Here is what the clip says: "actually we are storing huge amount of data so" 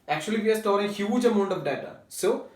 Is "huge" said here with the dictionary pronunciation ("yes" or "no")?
yes